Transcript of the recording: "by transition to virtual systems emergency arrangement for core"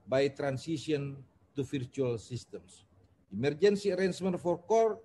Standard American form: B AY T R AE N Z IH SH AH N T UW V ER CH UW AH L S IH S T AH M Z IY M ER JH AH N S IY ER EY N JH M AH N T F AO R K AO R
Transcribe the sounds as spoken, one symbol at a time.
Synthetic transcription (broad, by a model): B AY T R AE N S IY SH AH N T UW F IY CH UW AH L S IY S T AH M S IY M ER JH AH N S IY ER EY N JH M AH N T F AO R K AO R